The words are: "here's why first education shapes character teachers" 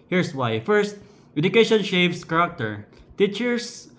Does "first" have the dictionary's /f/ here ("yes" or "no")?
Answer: yes